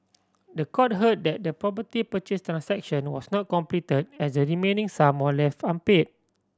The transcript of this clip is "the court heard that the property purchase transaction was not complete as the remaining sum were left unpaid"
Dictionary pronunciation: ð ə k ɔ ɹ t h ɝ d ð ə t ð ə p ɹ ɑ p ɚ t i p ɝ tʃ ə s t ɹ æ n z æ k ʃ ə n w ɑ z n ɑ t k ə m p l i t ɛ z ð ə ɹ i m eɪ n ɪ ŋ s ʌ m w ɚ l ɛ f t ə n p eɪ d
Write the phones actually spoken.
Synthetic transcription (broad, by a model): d ə k ɔ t h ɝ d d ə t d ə p ɹ ɑ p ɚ t i p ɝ tʃ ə s t ɹ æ n s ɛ k ʃ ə n w ɑ s n ɑ t k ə m p l i t ɛ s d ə ɹ i m eɪ n ɪ ŋ s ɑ m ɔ l ɛ f t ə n p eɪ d